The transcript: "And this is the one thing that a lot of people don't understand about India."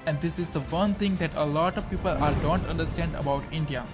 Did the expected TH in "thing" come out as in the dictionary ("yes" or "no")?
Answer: no